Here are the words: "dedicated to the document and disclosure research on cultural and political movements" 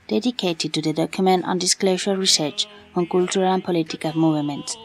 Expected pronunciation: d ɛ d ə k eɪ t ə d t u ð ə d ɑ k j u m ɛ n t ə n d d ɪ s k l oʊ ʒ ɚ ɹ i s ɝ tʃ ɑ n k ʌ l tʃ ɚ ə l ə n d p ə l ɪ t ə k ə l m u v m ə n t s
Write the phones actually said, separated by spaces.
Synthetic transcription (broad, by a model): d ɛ d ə k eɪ t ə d t u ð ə d ɑ k j u m ɛ n t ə n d d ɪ s k l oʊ ʃ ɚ ɹ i s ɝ tʃ ɑ n k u l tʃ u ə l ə n p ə l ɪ t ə k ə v m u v m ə n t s